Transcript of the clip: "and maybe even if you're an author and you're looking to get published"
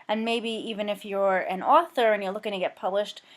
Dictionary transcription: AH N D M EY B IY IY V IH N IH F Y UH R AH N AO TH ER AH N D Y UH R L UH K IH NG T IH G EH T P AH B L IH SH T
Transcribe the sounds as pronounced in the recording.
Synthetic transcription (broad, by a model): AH N M EY B IY IY V IH N IH F Y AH R AH N AO TH ER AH N Y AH R L UH K IH NG T IH G EH T P AH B L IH SH T